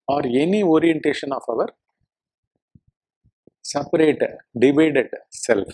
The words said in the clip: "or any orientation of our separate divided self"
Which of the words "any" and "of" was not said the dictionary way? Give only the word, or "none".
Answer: none